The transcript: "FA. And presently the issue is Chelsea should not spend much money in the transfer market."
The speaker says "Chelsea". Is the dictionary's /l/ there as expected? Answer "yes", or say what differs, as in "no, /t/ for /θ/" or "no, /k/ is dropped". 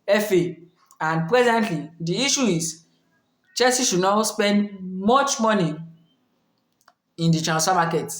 no, /l/ is dropped